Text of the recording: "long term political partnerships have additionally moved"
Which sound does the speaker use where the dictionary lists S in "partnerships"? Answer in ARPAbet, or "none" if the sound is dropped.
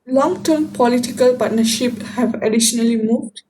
none